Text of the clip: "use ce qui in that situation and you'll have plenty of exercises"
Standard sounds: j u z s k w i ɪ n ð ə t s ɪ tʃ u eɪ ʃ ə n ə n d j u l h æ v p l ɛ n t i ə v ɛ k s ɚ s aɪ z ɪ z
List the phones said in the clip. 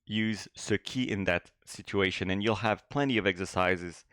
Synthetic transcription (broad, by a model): j u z s k i ɪ n ð ə t s ɪ tʃ u eɪ ʃ ə n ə n j u l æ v p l ɛ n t i ə v ɛ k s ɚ s aɪ z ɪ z